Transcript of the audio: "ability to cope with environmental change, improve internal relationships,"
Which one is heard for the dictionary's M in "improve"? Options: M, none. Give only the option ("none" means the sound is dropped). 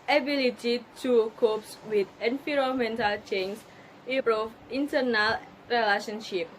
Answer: none